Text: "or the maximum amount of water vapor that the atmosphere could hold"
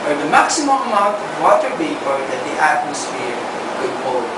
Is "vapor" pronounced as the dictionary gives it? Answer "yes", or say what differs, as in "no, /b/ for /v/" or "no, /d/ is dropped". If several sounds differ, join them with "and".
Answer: no, /b/ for /v/